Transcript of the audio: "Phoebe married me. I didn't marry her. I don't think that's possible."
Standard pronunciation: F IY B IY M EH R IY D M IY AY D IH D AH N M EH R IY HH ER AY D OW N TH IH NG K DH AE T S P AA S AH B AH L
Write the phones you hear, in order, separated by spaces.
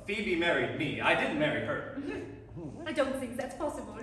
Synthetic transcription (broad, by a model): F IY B IY M EH R IY D M IY AY D IH D N M EH R IY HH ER AY D OW N TH IH NG K DH AE T S P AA S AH B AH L